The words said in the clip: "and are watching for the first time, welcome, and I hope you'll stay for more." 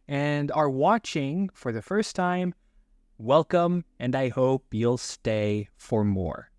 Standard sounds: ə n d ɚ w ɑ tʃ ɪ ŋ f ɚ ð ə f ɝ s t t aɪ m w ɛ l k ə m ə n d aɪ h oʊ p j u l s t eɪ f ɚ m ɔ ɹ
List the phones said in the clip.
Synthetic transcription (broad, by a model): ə n d ɚ w ɑ tʃ ɪ ŋ f ɚ ð ə f ɝ s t t aɪ m w ɛ l k ə m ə n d aɪ h oʊ p j u l s t eɪ f ɚ m ɔ ɹ